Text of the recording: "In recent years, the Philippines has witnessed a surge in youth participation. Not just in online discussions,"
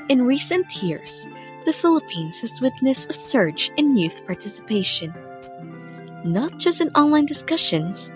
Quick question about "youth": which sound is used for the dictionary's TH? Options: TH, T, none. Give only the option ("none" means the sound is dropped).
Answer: TH